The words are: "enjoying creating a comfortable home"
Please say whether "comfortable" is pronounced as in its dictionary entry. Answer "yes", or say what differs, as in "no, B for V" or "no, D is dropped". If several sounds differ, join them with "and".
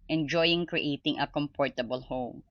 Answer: no, P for F